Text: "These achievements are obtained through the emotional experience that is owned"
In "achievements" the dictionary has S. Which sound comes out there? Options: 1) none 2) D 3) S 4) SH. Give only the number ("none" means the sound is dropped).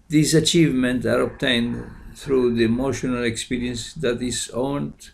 1